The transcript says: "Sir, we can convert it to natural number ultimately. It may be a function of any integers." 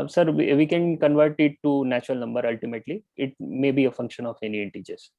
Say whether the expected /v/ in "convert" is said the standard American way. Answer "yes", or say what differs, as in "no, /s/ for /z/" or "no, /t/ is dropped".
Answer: yes